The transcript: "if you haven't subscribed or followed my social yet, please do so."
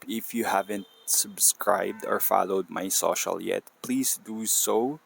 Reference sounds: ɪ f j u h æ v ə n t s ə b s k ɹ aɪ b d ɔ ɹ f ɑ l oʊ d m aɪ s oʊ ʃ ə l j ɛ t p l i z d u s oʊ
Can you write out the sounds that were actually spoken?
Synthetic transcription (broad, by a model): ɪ f j u h æ v ə n t s ə b s k ɹ aɪ b d ɔ ɹ f ɑ l oʊ d m aɪ s oʊ ʃ ə l j ɛ t p l i s d u s oʊ